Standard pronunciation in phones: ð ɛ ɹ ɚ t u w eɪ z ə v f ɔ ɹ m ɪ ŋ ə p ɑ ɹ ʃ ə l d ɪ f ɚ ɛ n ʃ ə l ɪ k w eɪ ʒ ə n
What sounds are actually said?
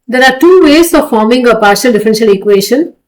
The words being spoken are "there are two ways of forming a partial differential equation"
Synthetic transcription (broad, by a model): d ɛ ɹ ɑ t u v eɪ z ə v f ɔ ɹ m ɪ ŋ ə p ɑ ɹ ʃ ə l d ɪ f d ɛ n ʃ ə l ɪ k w eɪ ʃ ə n